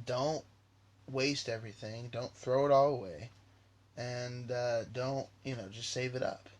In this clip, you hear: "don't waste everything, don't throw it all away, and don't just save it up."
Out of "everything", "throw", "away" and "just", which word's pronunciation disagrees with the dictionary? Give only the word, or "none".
none